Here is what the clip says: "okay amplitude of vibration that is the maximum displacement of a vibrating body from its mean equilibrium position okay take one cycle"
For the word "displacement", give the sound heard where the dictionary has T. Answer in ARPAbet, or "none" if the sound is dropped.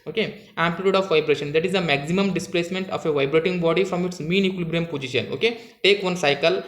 T